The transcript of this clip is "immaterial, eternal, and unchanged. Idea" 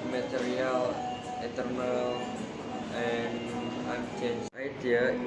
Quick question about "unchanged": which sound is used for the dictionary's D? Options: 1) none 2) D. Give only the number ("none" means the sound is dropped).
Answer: 1